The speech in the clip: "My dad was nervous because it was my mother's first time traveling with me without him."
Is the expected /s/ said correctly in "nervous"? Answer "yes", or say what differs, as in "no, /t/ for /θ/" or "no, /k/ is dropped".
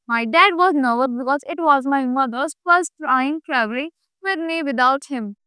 no, /s/ is dropped